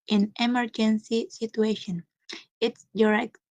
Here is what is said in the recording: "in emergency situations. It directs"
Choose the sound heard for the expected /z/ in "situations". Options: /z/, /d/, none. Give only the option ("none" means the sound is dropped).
none